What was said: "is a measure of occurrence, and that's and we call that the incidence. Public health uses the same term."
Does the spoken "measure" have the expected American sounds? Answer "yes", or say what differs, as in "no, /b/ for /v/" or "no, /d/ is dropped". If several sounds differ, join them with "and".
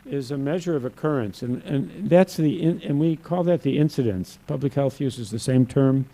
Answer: yes